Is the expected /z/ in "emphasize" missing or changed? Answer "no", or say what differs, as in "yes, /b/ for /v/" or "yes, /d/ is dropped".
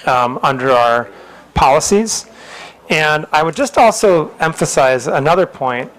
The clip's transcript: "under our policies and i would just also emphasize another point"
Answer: no